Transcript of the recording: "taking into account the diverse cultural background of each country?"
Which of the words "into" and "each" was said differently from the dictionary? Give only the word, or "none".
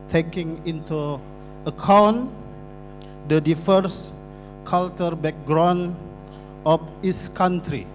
each